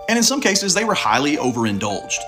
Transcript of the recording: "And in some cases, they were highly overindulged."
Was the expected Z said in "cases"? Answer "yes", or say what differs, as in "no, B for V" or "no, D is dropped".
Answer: yes